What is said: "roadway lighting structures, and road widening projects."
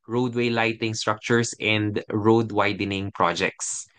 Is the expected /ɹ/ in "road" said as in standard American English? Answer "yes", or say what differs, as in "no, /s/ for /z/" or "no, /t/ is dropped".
yes